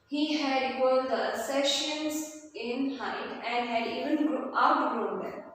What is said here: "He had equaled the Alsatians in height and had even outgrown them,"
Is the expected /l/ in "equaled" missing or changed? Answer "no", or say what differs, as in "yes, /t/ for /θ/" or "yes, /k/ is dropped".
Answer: yes, /l/ is dropped